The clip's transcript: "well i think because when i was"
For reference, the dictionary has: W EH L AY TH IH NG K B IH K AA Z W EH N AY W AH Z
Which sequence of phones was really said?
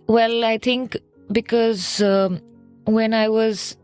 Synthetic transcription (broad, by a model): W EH L AY T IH NG K B IH K AA Z W EH N AY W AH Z